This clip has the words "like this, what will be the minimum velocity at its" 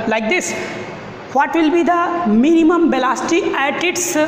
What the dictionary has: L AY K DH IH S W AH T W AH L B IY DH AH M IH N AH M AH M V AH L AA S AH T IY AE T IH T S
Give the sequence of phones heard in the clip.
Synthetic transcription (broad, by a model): L AY K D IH S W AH T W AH L B IY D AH M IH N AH M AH M B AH L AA S T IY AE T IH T S